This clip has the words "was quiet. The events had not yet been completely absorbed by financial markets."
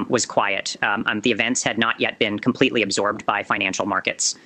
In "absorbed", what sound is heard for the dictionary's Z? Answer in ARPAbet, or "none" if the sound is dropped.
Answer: Z